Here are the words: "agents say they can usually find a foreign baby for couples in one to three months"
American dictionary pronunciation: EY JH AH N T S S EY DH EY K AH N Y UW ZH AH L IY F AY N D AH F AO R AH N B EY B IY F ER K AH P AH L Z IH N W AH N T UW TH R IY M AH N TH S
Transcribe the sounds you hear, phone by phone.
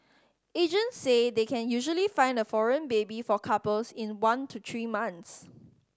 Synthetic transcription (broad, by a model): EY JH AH N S S EY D EY K AH N Y UW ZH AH L IY F AY N D AH F AO R AH N B EY B IY F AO K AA P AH L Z IH N W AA N T UW T R IY M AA N S